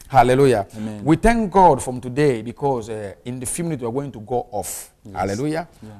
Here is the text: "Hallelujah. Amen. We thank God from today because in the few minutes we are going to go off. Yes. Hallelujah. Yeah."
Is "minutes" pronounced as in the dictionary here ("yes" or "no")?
no